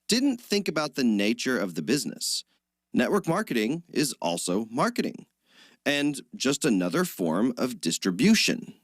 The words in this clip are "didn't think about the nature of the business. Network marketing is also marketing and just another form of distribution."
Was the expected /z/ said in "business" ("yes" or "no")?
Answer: yes